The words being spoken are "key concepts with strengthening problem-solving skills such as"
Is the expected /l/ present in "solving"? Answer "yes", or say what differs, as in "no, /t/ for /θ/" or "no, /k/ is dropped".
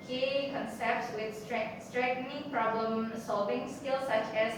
yes